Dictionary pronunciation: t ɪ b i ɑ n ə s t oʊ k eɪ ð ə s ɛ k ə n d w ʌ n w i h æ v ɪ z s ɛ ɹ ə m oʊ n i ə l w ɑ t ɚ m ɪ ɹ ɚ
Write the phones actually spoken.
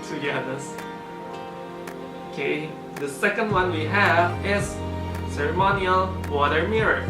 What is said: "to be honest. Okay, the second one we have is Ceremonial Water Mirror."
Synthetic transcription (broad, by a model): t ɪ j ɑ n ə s oʊ k eɪ ð ə s ɛ k ə n d w ʌ n w i h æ v ɪ z s ɛ ɹ ə m oʊ n i ə l w ɑ t ɚ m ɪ ɹ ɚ